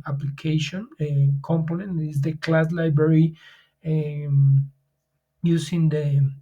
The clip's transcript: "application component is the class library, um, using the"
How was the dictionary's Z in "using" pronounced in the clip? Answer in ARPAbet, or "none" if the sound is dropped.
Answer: S